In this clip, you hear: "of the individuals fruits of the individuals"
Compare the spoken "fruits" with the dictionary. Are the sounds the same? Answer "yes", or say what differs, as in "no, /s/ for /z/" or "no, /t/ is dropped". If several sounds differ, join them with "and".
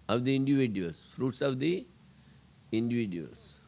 yes